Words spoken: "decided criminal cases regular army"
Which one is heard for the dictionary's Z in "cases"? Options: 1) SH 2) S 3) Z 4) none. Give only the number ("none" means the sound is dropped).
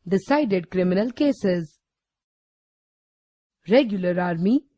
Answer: 3